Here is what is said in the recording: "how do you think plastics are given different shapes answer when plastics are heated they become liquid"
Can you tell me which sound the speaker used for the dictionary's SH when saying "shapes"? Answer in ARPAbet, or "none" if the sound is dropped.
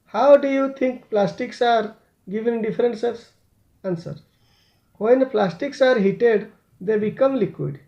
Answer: S